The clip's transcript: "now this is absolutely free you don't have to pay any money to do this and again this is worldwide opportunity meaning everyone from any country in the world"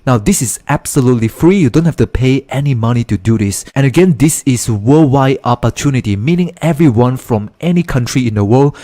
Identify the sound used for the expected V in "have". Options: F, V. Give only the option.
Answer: F